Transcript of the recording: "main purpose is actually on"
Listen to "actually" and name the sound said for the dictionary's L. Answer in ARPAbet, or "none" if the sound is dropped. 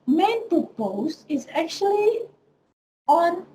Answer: L